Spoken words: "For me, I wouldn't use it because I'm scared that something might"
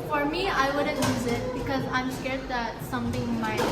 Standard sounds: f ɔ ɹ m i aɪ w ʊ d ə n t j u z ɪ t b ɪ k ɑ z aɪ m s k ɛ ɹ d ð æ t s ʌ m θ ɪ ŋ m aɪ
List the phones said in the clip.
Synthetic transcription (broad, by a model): f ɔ ɹ m i aɪ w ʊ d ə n j u z ɪ t b ɪ k ɑ z aɪ m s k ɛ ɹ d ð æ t s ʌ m t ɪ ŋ m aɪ